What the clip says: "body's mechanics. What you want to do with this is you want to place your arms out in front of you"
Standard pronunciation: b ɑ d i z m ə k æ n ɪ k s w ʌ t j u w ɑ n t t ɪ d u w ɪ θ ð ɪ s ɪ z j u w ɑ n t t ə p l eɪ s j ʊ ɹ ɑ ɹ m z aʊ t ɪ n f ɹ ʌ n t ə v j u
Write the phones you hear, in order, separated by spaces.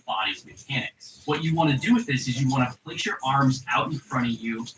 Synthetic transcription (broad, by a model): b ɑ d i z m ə k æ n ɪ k w ʌ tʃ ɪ w ɑ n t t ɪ d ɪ w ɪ ð ɪ s ɪ z j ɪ w ɑ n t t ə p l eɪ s j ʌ ɹ ɑ ɹ m z aʊ t n f ɹ ʌ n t ə v j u